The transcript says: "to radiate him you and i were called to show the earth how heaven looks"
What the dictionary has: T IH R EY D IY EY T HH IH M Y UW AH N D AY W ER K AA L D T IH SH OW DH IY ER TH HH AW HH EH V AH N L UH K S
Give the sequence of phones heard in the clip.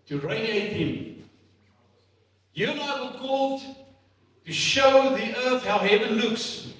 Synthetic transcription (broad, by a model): T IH R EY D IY EY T HH IH M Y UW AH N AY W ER K AA L D T IH SH OW DH IY ER TH HH AW HH EH V AH N L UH K S